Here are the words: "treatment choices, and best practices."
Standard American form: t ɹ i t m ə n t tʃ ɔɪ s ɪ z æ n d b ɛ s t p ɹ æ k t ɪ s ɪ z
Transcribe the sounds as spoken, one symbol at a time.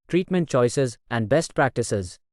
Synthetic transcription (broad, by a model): t ɹ i t m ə n t tʃ ɔɪ s ɪ z æ n d b ɛ s t p ɹ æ k t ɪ s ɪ z